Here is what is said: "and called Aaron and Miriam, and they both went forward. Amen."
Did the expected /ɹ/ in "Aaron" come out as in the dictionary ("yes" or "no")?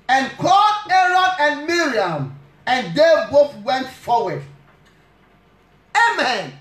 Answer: yes